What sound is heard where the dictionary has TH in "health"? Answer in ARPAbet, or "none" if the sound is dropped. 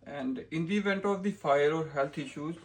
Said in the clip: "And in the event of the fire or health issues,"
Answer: T